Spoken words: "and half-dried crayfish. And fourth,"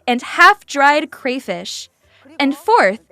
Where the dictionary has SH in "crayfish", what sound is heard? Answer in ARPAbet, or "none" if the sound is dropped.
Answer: SH